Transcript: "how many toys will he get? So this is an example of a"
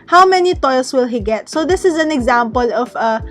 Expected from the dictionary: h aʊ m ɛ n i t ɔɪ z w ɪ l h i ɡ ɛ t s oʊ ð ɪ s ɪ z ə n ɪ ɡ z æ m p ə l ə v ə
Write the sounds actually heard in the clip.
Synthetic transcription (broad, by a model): h aʊ m ɛ n i t ɔɪ s w ɪ l h i ɡ ɛ t s oʊ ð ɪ s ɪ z ə n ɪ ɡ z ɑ m p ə l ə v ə